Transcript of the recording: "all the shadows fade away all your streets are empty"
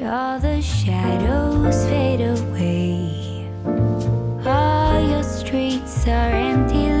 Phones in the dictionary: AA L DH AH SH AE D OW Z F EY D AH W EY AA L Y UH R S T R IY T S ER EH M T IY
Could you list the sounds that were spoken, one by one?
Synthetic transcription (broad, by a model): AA L DH AH SH AE D OW Z F EY D AH W EY AA L Y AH R S T R IY T S ER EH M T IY